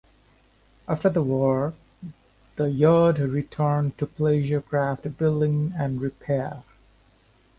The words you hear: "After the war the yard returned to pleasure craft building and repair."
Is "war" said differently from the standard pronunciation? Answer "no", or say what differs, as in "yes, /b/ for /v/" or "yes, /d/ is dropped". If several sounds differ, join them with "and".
no